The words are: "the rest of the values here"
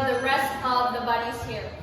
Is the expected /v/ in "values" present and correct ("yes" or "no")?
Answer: no